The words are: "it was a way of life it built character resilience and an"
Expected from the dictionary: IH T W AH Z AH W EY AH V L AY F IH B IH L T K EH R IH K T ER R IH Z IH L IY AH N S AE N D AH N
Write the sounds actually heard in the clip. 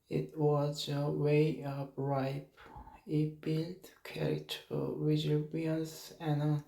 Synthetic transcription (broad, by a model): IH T W AH Z AH W EY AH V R AY P IH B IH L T K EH R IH T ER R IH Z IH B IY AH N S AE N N